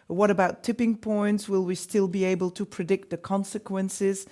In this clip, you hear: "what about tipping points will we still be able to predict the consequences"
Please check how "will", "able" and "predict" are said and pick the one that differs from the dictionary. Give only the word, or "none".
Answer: none